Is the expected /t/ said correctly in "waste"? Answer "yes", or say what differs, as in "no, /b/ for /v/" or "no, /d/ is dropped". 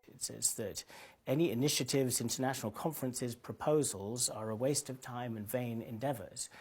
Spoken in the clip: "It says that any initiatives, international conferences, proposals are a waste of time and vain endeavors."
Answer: yes